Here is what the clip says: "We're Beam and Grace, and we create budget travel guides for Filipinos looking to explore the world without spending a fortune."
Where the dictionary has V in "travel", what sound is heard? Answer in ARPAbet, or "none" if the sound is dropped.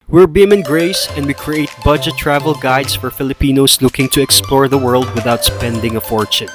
V